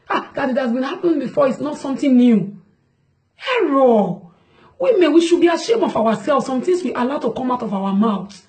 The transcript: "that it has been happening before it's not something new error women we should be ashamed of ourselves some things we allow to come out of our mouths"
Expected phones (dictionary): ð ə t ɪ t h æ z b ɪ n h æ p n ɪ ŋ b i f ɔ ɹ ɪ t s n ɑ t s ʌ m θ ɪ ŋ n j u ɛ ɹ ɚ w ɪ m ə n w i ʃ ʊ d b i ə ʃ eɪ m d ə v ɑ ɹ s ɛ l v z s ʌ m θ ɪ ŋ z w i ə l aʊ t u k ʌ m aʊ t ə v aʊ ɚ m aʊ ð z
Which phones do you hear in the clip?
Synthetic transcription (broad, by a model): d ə t ɪ t h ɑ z b ɪ n h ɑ p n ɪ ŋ b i f ɔ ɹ ɪ t s n ɑ t s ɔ m t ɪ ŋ n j u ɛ ɹ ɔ w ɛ m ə w i ʃ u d b i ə ʃ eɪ m ə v ɑ w s ɛ l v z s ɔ m t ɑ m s w i ə l aʊ t u k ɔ m aʊ t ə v aʊ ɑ m aʊ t